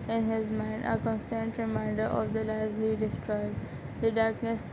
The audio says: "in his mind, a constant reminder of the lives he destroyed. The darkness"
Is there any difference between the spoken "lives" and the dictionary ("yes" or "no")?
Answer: yes